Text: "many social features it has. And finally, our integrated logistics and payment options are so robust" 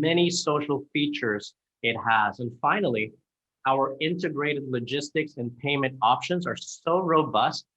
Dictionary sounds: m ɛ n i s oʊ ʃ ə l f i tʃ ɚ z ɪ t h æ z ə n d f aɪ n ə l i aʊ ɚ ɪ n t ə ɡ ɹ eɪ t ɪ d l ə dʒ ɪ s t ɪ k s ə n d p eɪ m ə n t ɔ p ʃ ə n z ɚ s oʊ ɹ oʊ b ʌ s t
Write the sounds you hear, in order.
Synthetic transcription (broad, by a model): m ɛ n i s oʊ ʃ l f i tʃ ɚ z ɪ t h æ z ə n f aɪ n l i aʊ ɚ ɪ n t ə ɡ ɹ eɪ t ɪ d l ə dʒ ɪ s t ɪ k s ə n p eɪ m ə n t ɔ p ʃ ə n z ɚ s oʊ ɹ oʊ b ʌ s t